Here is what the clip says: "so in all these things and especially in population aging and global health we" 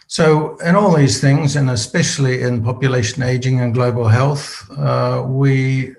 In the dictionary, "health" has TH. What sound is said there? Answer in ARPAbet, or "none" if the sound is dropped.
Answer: TH